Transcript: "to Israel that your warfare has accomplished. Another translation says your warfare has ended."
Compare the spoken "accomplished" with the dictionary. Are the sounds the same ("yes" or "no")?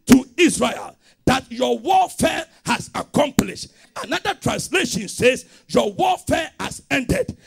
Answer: yes